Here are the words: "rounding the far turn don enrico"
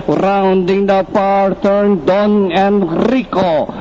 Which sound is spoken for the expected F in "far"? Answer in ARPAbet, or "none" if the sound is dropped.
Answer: P